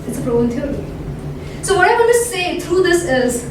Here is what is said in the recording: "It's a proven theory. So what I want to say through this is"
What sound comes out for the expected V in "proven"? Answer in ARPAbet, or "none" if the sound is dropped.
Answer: none